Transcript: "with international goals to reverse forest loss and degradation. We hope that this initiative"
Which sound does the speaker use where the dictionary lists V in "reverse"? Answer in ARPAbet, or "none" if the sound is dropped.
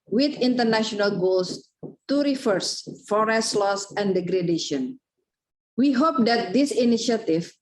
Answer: F